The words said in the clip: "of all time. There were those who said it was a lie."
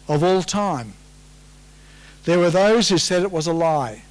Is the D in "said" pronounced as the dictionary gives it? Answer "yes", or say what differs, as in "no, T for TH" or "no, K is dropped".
yes